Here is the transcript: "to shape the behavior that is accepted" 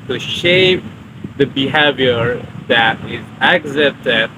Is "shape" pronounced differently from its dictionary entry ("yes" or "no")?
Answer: no